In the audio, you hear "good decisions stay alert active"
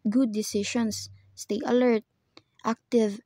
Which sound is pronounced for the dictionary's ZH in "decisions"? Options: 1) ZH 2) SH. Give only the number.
2